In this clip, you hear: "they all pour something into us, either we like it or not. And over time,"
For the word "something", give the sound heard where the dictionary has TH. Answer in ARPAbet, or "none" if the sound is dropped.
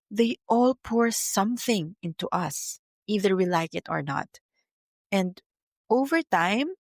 TH